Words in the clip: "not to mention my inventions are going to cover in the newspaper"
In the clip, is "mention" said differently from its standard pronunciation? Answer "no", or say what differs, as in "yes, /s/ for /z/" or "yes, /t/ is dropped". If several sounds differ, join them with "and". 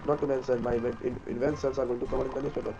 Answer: yes, /s/ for /ʃ/